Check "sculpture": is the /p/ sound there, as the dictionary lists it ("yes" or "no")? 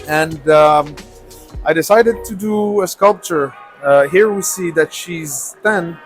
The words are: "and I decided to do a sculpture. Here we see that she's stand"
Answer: yes